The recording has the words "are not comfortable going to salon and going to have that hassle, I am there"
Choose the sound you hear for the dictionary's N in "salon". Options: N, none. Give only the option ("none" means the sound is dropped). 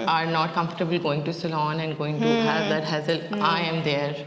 N